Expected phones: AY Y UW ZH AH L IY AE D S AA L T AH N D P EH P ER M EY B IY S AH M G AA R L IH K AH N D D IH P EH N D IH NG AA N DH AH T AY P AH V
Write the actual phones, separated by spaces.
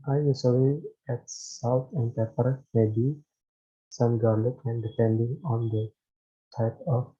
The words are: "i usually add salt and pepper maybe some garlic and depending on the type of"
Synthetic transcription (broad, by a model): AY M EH S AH W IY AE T S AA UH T AH N D P EH P ER M EY B IY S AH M G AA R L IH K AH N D D IH P EH N D IH NG AA N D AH T AY P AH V